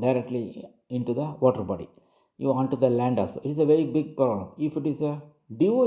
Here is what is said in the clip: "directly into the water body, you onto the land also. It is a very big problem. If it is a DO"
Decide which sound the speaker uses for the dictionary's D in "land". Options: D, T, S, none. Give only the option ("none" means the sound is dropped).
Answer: D